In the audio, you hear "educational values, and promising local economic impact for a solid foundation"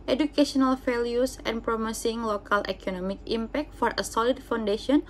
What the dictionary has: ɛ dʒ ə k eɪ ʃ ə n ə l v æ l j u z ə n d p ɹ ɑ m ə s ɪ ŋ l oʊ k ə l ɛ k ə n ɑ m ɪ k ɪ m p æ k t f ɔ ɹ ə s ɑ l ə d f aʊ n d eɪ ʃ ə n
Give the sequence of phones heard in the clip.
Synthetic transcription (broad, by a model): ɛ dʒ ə k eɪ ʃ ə n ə l f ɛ l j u s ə n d p ɹ ɑ m ə s ɪ ŋ l oʊ k ə l ɛ k ə n ɑ m ɪ k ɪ m p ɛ k t f ɔ ɹ ə s ɑ l ə d f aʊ n d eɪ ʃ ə n